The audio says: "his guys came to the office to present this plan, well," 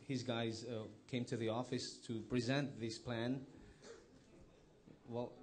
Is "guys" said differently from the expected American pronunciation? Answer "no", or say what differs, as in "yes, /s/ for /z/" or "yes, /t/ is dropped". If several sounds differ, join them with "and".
no